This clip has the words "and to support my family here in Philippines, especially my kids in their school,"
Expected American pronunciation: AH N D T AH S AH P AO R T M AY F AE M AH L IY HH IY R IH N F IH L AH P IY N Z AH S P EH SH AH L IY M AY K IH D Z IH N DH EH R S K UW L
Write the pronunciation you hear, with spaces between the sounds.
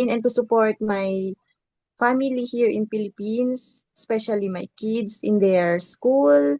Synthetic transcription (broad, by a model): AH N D T AH S AH P AO R T M AY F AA M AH L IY HH IY R IH N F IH L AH P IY N S AH S P EH SH AH L IY M AY K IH D S IH N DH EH R S K UW L